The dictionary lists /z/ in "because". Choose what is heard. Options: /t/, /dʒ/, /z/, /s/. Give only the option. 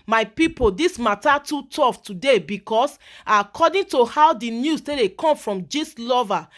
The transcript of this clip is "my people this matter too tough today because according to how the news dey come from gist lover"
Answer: /s/